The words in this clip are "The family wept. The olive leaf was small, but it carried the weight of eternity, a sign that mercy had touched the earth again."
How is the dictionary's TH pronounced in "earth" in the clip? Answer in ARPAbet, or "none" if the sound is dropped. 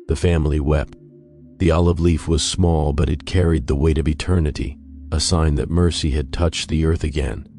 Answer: TH